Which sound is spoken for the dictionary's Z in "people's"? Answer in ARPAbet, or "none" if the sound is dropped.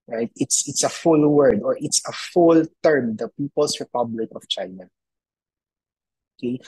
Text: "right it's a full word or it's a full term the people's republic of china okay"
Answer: S